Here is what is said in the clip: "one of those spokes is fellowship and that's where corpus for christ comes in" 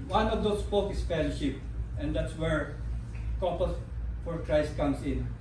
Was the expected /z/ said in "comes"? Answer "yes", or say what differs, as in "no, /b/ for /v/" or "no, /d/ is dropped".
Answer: no, /s/ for /z/